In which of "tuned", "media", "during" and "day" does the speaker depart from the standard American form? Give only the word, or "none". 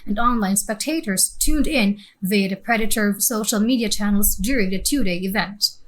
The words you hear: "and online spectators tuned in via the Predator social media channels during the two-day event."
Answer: none